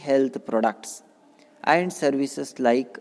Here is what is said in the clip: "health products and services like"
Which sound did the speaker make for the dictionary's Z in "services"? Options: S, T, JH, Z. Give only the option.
S